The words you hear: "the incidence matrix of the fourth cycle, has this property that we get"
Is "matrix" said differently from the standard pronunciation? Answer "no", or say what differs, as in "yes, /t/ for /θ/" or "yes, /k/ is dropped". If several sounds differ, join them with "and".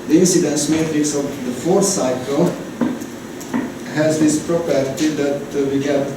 no